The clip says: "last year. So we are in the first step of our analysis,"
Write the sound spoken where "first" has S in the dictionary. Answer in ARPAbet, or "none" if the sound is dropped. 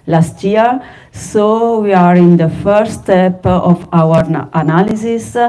none